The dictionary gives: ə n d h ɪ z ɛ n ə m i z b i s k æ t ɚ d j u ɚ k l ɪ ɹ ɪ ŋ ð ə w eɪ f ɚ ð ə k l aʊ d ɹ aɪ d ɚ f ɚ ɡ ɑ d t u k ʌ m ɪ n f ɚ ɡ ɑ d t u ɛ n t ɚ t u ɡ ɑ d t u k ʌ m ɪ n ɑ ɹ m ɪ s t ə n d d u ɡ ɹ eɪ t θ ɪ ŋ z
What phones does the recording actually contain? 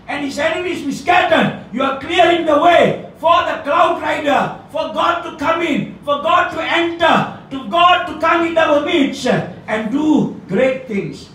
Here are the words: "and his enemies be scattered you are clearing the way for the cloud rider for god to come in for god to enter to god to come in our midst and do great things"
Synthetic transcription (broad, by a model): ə n h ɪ s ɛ n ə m i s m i s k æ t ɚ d j u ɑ k l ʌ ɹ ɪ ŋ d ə w eɪ f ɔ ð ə k l aʊ d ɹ aɪ d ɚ f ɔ ɡ ɑ d t u k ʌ m ɪ n f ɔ ɡ ɑ d t u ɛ n t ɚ t u ɡ ɑ d t u k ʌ m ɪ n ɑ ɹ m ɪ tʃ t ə n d d u ɡ ɹ eɪ t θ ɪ ŋ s